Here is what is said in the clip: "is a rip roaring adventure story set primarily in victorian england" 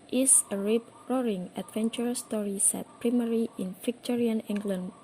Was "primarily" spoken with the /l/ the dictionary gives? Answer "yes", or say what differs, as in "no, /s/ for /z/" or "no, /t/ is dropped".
no, /l/ is dropped